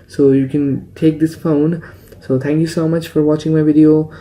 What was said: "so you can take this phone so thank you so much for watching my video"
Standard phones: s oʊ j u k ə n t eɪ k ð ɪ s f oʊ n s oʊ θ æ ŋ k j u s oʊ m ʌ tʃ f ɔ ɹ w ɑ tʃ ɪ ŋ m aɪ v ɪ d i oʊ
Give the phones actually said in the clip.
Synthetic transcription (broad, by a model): s oʊ j u k ə n t eɪ k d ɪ s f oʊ n s oʊ t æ ŋ k j u s oʊ m ʌ tʃ f ɔ ɹ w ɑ tʃ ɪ ŋ m aɪ v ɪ d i oʊ